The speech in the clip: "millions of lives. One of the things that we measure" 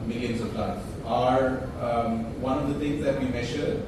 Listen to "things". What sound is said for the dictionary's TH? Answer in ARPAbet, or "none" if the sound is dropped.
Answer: T